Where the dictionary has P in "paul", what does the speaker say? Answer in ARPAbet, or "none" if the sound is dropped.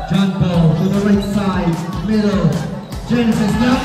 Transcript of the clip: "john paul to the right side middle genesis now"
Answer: B